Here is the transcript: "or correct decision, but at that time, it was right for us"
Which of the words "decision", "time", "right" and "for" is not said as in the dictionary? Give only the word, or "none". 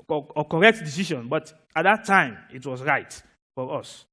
decision